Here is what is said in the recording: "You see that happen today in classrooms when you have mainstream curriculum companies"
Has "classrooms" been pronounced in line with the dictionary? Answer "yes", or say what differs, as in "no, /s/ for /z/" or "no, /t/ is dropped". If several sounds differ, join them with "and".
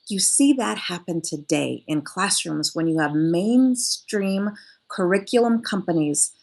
yes